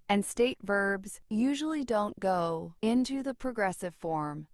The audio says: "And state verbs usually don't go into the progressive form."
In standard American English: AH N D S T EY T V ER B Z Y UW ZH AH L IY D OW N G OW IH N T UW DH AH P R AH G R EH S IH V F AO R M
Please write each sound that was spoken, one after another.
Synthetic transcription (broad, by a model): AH N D S T EY T V ER B Z Y UW ZH L IY D OW N G OW IH N T UW DH AH P R AH G R EH S IH V F AO R M